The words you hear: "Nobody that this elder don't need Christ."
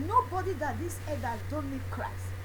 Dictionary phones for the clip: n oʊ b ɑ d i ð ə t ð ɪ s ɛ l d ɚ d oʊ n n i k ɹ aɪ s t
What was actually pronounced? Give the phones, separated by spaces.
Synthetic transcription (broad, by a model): n oʊ b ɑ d i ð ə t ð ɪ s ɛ d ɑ d oʊ n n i k ɹ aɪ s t